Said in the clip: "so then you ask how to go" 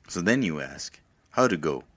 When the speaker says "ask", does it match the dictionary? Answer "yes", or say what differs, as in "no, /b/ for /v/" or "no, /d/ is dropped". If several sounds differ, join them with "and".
yes